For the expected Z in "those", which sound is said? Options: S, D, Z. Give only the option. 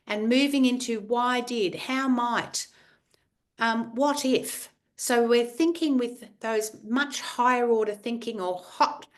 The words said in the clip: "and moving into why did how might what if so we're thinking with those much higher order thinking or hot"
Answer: Z